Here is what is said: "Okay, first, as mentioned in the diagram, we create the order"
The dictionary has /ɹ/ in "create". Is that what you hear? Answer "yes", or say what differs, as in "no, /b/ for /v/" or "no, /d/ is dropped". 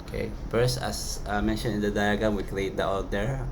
no, /l/ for /ɹ/